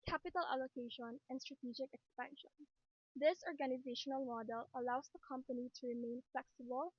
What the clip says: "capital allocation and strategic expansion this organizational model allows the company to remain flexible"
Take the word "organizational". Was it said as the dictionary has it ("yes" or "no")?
yes